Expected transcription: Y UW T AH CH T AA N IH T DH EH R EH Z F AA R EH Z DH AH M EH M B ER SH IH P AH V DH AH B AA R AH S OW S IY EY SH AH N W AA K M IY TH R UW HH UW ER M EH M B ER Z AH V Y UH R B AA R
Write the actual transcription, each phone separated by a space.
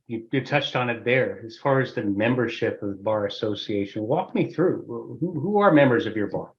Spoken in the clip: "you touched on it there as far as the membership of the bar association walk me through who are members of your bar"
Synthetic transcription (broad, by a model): Y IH T AH CH T N IH T DH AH R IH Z F AA R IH Z DH AH M EH M B ER SH IH P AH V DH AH B AA R AH S OW S IY EY SH AH N W AA K M IY TH R UW HH UW ER M EH M B ER Z AH V Y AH R B AA R